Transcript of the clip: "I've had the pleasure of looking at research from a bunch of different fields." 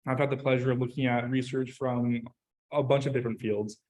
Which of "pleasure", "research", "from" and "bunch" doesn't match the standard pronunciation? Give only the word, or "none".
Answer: none